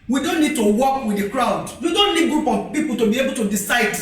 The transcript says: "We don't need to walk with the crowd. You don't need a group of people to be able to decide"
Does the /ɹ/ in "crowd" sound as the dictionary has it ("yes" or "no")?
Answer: yes